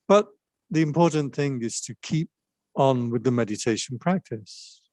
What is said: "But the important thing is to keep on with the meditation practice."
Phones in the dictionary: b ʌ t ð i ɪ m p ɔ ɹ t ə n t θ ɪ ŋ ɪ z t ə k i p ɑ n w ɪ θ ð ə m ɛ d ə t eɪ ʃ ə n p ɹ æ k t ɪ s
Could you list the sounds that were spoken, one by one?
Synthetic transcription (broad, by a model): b ʌ t ð i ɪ m p ɔ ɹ t n θ ɪ ŋ ɪ z t ə k i p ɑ n w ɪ ð ə m ɛ d ə t eɪ ʃ ə n p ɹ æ k t ɪ s